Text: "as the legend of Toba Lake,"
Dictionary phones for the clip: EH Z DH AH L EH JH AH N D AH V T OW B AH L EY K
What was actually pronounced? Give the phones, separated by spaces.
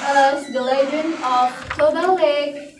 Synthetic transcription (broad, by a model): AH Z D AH L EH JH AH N AH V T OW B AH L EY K